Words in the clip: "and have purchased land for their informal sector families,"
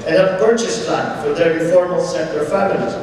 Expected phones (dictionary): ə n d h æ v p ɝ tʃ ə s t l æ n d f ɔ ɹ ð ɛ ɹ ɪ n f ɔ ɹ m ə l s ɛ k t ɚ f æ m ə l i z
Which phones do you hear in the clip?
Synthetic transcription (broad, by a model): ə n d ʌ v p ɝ tʃ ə s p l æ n f ɔ ɹ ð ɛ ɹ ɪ f ɔ ɹ m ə l s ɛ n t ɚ f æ m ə l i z